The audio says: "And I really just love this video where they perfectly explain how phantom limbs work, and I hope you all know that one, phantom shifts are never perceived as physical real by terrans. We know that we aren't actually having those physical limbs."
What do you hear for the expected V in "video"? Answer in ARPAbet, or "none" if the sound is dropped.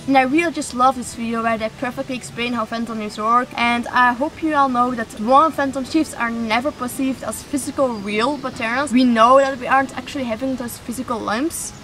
F